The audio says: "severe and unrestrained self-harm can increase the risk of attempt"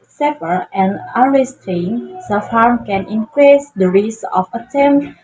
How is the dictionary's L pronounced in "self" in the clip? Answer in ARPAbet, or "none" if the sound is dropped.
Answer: none